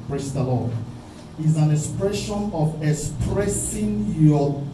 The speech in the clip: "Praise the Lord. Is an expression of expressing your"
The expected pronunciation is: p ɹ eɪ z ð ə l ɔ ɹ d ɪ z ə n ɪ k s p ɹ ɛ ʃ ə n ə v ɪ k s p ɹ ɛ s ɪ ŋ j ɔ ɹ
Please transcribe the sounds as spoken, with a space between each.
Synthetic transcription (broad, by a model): p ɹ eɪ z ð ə l ɔ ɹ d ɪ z ə n ɪ k s p ɹ ɛ ʃ ə n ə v ɪ k s p ɹ ɛ s ɪ ŋ j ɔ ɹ